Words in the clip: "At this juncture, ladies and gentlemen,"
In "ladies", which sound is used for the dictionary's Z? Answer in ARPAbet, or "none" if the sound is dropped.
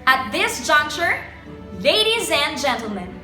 Z